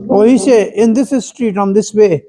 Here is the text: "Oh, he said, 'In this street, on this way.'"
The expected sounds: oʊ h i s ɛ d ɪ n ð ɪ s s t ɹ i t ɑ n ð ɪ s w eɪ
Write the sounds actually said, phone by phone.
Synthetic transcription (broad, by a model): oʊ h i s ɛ ɪ n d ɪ s s t ɹ i t ɑ n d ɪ s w eɪ